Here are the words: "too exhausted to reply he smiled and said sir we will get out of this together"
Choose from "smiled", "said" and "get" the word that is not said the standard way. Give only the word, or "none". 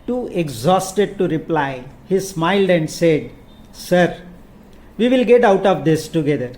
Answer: none